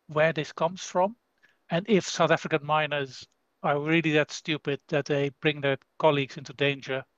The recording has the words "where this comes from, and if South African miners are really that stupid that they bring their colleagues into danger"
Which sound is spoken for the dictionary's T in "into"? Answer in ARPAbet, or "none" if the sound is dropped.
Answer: T